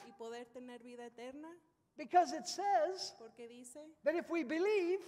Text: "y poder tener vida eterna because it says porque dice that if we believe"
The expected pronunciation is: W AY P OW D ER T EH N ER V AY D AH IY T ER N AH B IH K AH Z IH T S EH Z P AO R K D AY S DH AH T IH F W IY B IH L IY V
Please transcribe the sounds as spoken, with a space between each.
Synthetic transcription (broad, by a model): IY P OW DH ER T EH N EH B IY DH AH IY T ER N AH B IH K AH Z IH T S EH Z P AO R K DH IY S DH AH T IH F W IY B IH L IY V